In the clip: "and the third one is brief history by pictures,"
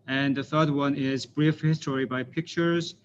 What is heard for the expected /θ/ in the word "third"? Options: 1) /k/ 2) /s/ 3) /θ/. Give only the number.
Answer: 3